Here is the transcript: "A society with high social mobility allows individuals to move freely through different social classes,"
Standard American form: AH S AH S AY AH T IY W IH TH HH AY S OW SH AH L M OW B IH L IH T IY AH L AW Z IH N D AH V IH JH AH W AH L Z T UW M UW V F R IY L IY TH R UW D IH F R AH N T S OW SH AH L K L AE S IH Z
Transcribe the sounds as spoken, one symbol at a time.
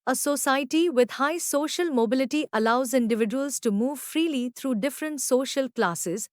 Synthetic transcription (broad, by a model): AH S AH S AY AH T IY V IH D HH AY S OW SH AH L M OW B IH L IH T IY AH L AW Z IH N D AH V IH JH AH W AH L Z T UW M UW V F R IY L IY T R UW D IH F R AH N T S OW SH AH L K L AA S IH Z